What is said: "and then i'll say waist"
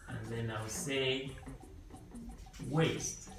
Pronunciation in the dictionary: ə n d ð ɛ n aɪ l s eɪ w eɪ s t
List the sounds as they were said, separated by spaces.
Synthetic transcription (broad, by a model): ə n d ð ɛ n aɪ w s eɪ w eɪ s t